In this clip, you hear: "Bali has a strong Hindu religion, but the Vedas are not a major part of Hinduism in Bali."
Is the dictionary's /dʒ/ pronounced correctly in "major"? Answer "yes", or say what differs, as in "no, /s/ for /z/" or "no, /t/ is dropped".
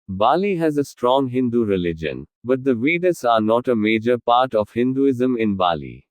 yes